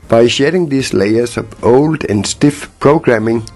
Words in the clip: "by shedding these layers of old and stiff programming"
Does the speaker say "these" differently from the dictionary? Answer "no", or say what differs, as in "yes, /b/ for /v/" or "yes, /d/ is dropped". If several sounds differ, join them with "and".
yes, /s/ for /z/